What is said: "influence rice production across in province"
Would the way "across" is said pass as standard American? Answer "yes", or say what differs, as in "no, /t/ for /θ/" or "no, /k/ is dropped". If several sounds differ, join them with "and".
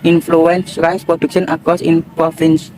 no, /ɹ/ is dropped